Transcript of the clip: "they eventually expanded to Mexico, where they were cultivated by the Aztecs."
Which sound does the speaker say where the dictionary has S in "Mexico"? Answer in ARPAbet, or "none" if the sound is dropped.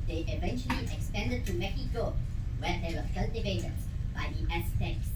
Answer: none